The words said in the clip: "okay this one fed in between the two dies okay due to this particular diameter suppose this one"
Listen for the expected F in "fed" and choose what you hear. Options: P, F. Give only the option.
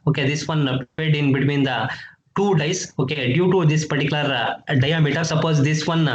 P